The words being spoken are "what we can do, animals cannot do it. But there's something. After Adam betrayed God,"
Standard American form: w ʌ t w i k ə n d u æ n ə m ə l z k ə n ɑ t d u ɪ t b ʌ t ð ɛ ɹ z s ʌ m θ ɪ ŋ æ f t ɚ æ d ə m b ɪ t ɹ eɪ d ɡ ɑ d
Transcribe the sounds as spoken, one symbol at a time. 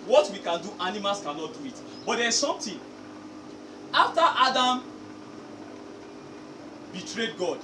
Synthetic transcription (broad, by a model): w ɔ t w i k ə n d u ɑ n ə m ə l s k ə n ɑ t d u ɪ t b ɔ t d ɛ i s s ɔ m t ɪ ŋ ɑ f t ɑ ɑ d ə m b ɪ t ɹ eɪ d ɡ ɑ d